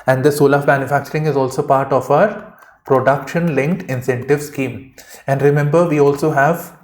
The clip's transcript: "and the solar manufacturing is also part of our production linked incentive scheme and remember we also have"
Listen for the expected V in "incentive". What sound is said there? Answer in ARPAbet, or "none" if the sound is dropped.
V